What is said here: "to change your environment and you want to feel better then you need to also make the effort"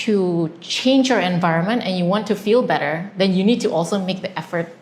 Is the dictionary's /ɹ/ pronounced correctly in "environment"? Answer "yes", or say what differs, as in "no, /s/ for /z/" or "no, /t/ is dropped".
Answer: yes